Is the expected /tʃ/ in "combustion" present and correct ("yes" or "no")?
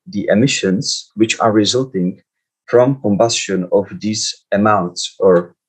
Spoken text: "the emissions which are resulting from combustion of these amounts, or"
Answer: yes